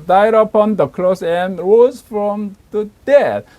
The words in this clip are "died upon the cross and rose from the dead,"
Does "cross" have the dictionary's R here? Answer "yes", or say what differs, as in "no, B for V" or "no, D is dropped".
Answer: no, L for R